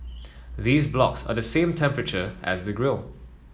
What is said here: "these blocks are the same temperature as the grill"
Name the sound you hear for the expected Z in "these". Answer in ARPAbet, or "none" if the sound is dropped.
Z